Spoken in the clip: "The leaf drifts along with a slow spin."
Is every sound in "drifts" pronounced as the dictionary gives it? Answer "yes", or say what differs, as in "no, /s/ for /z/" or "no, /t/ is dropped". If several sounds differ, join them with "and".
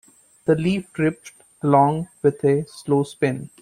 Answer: no, /p/ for /f/ and /s/ is dropped